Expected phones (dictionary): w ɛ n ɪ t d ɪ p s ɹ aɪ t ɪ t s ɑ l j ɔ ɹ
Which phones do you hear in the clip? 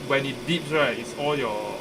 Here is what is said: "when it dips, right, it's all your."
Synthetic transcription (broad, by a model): w ɛ n ɪ t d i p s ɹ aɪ ɪ t s ɑ l j ɔ